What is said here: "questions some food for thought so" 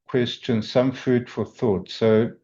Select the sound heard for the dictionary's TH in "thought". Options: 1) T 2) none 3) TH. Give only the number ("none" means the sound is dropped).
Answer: 3